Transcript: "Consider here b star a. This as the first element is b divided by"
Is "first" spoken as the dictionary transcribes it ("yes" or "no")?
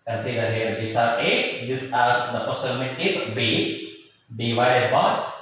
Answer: no